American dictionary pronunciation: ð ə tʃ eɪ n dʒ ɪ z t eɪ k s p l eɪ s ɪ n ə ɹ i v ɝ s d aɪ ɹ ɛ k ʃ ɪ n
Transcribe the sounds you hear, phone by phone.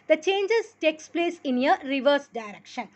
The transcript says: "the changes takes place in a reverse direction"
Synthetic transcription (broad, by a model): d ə tʃ eɪ n dʒ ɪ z t eɪ k s p l eɪ s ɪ n ə ɹ i v ɝ s d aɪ ɹ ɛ k ʃ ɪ n